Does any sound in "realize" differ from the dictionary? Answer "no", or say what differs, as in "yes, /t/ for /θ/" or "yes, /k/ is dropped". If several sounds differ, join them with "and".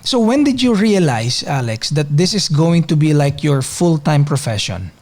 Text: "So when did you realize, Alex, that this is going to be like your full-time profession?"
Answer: yes, /s/ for /z/